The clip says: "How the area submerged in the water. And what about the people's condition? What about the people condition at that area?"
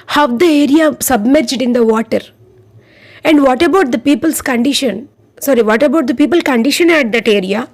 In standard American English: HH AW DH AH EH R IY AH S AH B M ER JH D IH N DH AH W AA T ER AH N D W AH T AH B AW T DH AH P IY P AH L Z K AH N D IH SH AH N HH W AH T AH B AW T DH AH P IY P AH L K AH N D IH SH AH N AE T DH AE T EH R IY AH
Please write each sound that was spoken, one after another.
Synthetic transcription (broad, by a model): HH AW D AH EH R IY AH S AH B M ER JH D IH N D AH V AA T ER AH N D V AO T AH B AW T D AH P IY P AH L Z K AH N D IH SH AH N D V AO T AH B AW T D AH P IY P AH L K AH N D IH SH AH N AE T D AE T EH R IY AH